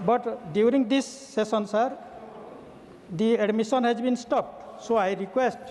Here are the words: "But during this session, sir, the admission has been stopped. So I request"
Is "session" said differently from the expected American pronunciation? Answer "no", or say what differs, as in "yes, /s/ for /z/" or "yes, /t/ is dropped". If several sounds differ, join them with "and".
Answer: yes, /s/ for /ʃ/